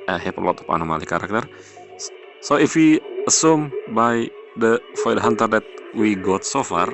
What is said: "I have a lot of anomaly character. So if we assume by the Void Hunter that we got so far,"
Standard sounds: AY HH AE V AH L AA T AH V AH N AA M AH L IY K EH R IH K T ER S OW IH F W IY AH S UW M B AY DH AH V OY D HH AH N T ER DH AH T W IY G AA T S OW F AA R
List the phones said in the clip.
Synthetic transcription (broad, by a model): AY HH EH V AH L AA T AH P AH N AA M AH L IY K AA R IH K T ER S OW IH F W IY AH S UW M B AY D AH F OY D HH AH N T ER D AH T W IY G AA T S OW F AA R